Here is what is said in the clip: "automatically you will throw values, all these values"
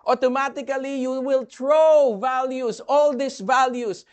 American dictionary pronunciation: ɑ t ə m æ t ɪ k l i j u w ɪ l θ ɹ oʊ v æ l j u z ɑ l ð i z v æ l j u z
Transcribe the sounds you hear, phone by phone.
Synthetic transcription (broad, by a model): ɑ t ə m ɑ t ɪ k l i j u w ɪ l t ɹ oʊ v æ l j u s ɑ l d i s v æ l j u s